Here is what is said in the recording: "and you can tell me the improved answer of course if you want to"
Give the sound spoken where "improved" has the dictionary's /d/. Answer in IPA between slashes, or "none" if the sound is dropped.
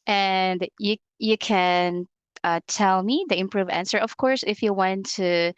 none